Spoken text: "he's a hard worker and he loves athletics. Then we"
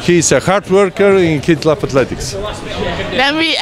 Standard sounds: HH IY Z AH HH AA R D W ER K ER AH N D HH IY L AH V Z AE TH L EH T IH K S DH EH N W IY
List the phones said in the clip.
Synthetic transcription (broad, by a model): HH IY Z AH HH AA R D W ER K ER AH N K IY L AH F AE T L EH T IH K S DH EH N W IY